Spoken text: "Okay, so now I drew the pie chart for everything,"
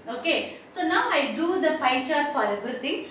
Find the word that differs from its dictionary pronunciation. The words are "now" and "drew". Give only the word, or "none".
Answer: drew